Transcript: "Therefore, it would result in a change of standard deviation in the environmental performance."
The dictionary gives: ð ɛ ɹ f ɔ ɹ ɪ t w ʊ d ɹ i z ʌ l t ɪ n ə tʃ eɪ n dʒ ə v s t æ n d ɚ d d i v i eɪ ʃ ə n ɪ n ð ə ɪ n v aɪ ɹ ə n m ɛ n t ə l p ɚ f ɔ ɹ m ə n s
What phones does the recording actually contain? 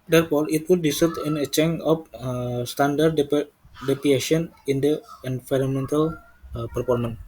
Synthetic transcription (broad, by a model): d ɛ ɹ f ɔ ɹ ɪ t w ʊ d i s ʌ t ɪ n ə tʃ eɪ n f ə s t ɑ n d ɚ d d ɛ p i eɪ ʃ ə n ɪ n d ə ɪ n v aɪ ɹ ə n m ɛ n t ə l p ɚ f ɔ ɹ m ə n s